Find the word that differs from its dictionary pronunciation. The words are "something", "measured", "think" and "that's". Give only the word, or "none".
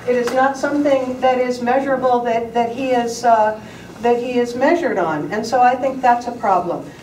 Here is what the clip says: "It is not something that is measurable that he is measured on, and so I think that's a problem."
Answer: none